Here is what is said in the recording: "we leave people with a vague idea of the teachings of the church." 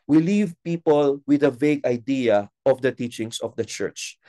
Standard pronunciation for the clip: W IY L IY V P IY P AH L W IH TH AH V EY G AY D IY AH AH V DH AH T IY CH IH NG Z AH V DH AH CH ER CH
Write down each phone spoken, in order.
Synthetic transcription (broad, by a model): W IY L IY V P IY P AH L W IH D AH V EY G AY D IY AH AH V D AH T IY CH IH NG S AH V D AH CH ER CH